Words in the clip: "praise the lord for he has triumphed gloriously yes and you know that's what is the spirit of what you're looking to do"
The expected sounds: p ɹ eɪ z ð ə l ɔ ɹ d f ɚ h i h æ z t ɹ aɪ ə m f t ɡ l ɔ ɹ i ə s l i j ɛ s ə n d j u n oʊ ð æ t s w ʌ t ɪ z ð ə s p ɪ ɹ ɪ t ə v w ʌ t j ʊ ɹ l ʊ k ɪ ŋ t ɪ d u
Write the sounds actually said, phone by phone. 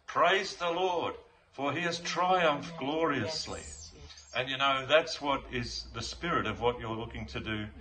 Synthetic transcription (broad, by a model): p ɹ eɪ z ð ə l ɔ ɹ d f ɚ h i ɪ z t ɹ aɪ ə m f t ɡ l ɔ ɹ i ə s l i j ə n j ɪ n oʊ ð æ t s w ʌ t ɪ z ð ə s p ɪ ɹ ɪ t ə v w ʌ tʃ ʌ ɹ l ʊ k ɪ ŋ t ɪ d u